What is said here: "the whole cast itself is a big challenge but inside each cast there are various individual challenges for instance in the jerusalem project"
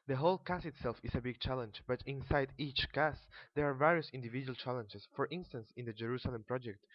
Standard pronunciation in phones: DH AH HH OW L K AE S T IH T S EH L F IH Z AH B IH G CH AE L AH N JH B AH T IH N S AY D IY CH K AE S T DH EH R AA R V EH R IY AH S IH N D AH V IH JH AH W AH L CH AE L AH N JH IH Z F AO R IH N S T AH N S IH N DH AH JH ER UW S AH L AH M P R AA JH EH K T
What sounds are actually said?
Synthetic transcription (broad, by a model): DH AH HH OW L K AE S IH T S EH L F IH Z AH B IH G CH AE L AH N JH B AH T IH N S AY D IY CH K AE S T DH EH R AA R V EH R IY AH S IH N D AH V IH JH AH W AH L CH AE L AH N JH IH S F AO R IH N S T AH N S IH N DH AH JH ER UW S AH L AH M P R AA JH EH K T